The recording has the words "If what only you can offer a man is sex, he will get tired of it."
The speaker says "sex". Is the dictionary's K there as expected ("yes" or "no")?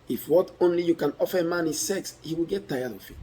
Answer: yes